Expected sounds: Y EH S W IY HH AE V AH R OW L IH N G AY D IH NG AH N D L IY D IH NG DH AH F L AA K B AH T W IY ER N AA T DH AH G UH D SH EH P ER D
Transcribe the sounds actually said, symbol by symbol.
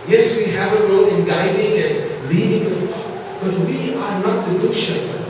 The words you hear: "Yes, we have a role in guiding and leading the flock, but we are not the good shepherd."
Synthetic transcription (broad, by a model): Y EH S W IY HH AE V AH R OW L IH N G AY D IH NG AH N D L IY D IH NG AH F AA B AH T W IY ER N AA T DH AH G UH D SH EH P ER